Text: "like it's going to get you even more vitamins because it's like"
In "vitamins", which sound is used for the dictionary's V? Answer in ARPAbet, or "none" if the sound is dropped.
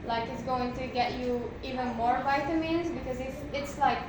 V